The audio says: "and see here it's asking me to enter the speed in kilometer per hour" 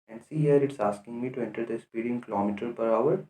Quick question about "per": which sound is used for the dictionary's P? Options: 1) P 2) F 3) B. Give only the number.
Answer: 1